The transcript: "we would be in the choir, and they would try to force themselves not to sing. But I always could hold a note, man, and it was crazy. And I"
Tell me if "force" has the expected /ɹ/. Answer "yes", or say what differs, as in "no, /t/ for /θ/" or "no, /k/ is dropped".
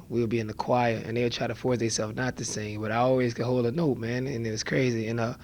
yes